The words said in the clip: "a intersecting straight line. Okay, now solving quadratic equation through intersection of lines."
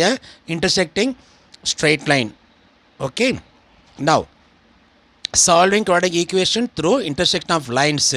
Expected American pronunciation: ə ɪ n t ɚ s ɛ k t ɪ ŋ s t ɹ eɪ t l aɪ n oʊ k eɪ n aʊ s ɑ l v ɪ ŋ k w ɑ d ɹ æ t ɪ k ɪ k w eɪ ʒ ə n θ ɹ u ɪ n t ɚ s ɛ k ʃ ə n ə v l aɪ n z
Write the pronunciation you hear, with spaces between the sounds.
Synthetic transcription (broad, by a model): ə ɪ n t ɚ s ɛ k t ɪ ŋ s t ɹ eɪ t l aɪ n oʊ k eɪ n aʊ s ɑ l v ɪ ŋ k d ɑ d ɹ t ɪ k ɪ k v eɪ ʃ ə n t ɹ u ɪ n t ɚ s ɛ k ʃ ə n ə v l aɪ n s